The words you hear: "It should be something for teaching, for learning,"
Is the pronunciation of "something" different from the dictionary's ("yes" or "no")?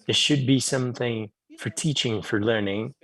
no